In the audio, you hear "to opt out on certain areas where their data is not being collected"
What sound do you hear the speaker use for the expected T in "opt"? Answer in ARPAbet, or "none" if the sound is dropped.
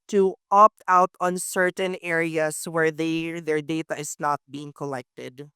T